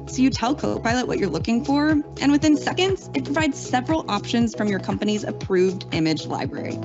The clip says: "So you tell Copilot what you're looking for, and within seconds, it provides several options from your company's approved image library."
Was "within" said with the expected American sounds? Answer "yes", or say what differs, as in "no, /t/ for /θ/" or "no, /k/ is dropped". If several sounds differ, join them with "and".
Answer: yes